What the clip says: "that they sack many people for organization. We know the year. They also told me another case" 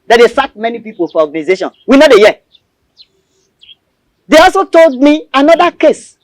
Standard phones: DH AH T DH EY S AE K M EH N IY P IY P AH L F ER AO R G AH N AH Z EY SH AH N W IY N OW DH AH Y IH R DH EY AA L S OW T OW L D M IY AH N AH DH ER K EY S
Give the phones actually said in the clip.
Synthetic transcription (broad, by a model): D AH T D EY S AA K M EH N IY P IY P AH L F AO AO G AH N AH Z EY SH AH N W IY N OW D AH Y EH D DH EY AA L S OW T OW L D M IY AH N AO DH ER K EY S